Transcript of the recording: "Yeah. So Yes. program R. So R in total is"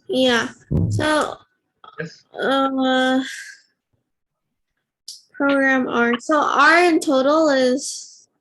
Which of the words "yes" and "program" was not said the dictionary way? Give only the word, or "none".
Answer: yes